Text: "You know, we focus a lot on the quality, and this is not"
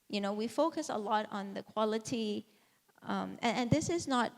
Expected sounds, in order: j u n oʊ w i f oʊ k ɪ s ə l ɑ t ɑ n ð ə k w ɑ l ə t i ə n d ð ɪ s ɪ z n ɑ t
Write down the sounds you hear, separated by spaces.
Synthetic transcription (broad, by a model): j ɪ n oʊ w i f oʊ k ɪ s ə l ɑ t n ð ə k w ɑ l ə t i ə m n ð ɪ s ɪ z n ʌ t